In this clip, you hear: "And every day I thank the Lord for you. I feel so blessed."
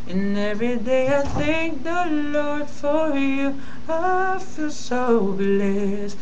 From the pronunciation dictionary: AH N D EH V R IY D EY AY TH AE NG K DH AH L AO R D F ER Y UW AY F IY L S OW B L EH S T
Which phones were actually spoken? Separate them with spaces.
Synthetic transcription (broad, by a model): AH N EH V R IY D EY AY TH AE NG K DH AH L AO R D F ER Y UW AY F IY L S OW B L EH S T